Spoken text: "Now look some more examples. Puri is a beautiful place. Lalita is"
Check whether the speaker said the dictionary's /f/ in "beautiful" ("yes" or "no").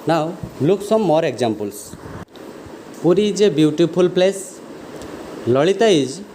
no